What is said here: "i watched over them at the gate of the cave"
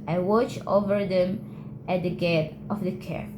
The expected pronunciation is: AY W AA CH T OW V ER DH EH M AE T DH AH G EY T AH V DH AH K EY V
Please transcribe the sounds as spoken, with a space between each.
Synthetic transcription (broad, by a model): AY W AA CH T OW V ER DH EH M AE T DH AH G EY T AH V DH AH K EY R